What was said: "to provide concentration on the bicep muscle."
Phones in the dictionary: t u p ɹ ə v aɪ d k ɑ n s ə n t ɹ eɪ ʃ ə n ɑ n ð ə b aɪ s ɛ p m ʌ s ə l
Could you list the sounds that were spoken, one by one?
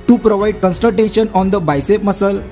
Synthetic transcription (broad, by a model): t u p ɹ ə v aɪ d k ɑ n s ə t eɪ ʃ ə n ɑ n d ə b aɪ s ɛ p m ʌ s ə l